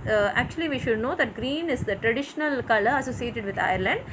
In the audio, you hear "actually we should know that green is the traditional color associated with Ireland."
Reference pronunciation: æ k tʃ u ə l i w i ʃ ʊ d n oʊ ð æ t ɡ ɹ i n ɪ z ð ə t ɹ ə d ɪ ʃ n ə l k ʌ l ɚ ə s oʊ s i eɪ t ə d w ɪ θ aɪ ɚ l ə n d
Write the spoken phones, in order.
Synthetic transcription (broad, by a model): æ k tʃ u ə l i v i ʃ ʊ d n oʊ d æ t ɡ ɹ i n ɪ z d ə t ɹ ə d ɪ ʃ n ə l k ʌ l ɚ ə s oʊ s i eɪ t ə d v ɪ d aɪ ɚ l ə n d